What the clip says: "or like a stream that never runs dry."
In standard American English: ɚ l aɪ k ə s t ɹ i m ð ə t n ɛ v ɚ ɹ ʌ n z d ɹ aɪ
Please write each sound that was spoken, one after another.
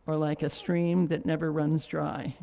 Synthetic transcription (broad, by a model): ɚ l aɪ k ə s t ɹ i m ð ə t n ɛ v ɚ ɹ ʌ n z d ɹ aɪ